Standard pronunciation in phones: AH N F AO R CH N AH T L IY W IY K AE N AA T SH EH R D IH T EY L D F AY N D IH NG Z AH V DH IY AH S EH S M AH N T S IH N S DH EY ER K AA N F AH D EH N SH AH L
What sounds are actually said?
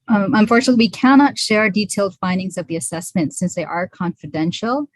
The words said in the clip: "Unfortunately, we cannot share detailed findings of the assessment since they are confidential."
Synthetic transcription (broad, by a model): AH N F AO R CH N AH T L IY W IY K AE N AA T SH EH R D IH T EY L D F AY N D IH NG Z AH V DH IY AH S EH S M AH N T S IH N S DH EY ER K AA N F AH D EH N SH L